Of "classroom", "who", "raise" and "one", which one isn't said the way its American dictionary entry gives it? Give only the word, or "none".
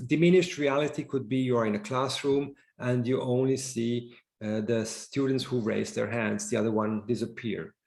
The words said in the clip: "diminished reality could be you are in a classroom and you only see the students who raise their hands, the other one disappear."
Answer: none